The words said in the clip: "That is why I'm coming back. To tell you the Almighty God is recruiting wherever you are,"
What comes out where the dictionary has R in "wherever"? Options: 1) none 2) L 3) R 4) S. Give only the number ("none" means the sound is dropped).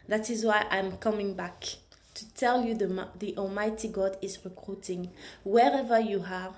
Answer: 3